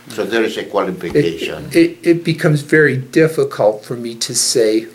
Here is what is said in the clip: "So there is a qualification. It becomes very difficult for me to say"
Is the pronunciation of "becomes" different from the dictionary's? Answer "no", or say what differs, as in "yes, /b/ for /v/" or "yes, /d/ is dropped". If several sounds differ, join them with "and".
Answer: no